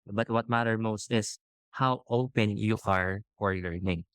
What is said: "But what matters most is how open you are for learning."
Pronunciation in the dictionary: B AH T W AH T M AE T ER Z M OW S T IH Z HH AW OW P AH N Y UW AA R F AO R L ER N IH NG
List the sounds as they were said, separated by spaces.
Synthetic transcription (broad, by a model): B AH T W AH T M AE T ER M OW S T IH S HH AW OW P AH N Y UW AA R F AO R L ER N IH NG